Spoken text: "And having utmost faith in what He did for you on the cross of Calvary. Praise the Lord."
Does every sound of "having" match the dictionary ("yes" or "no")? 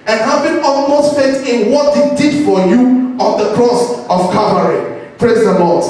no